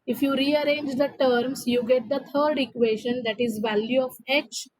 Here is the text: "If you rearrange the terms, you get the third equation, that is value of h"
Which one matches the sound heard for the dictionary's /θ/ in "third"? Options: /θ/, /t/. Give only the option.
/t/